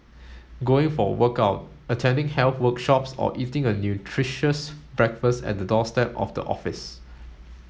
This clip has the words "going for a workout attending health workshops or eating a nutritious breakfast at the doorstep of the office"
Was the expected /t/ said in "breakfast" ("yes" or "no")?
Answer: yes